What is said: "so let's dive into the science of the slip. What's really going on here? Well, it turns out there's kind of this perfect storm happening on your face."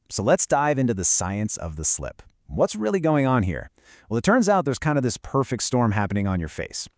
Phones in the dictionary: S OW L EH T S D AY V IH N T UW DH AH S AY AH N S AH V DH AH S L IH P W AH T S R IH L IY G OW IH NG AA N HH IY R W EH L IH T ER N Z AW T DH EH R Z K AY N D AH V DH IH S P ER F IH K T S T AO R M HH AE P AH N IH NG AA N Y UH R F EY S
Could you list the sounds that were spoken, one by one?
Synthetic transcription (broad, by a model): S OW L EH T S D AY V IH N T UW DH AH S AY AH N S AH V DH AH S L IH P W AH T S R IH L IY G OW IH NG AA N HH IY R W EH L IH T ER N Z AW T DH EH R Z K AY N D AH V DH IH S P ER F IH K T S T AO R M HH AE P AH N IH NG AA N Y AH R F EY S